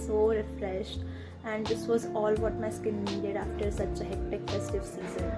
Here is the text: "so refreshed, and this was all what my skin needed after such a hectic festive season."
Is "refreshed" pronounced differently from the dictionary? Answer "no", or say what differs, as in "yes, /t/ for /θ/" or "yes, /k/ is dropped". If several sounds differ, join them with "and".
no